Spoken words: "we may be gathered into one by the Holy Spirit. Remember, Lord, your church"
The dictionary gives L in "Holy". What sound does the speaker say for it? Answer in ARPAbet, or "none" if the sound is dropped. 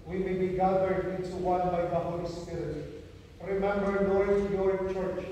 L